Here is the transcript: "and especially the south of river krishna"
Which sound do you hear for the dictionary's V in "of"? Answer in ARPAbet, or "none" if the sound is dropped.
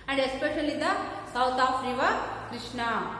P